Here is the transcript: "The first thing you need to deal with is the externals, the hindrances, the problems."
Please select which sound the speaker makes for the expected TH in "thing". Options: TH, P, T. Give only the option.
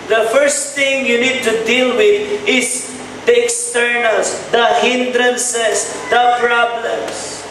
T